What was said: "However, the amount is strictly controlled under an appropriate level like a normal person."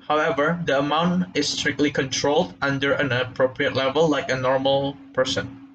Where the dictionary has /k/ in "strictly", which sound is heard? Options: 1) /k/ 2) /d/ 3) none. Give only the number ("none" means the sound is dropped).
1